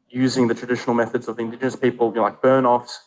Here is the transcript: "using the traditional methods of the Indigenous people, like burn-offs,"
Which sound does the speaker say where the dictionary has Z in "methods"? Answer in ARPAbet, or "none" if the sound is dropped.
Z